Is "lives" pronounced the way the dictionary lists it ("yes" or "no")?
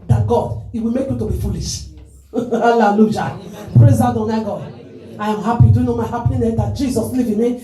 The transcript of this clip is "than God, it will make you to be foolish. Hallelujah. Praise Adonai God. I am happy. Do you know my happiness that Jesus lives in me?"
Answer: no